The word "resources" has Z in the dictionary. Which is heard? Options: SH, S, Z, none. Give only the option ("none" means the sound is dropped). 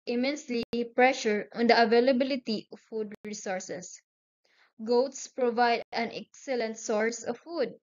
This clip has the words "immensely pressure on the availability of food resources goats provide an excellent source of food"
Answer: S